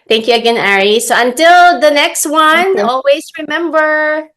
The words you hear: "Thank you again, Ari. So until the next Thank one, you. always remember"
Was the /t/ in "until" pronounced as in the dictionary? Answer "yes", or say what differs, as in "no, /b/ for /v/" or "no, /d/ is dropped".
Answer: yes